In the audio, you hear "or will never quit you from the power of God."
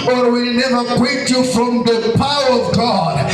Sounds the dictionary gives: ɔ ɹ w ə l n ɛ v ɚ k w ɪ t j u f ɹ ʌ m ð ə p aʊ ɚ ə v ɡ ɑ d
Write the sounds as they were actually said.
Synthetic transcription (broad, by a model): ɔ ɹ w ə l n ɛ v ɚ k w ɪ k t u f ɹ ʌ m ð ə p aʊ ɚ ə v ɡ ɑ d